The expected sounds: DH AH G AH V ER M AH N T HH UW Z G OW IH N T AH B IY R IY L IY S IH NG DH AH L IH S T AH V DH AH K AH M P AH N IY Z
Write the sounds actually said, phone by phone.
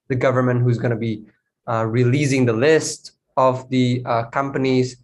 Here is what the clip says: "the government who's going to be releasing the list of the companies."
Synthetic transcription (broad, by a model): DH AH G AH V ER M AH N T HH UW Z G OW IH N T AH B IY R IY L IY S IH NG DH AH L IH S T AH V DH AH K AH M P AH N IY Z